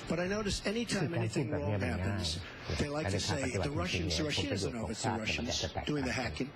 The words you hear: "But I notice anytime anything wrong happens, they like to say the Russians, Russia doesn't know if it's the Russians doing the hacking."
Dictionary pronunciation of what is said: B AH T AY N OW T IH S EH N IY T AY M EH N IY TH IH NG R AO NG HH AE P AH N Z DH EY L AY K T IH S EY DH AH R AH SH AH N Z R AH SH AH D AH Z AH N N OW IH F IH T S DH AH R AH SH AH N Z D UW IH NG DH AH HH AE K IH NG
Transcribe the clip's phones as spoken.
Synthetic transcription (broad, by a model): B AH T AY N OW T IH S EH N IY T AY M EH N IY TH IH NG R AO NG HH AE P AH N Z DH EY L AY K T IH S EY DH AH R AH SH AH N Z R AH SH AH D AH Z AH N N OW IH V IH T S DH AH R AH SH AH N Z D UW IH NG DH AH HH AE K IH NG